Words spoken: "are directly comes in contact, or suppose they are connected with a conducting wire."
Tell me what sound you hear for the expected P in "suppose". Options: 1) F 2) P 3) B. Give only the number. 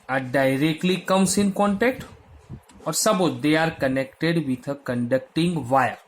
3